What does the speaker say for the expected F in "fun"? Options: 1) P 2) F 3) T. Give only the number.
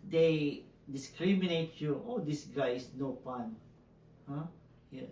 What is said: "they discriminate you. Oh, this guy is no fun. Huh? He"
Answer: 1